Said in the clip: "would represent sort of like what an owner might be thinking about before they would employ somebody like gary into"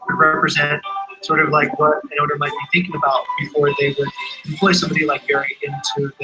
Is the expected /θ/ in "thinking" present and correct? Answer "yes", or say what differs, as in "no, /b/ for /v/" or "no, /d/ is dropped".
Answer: yes